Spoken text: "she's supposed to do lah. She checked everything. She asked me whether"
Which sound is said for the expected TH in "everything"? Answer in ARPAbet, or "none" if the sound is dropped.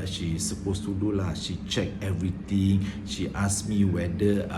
T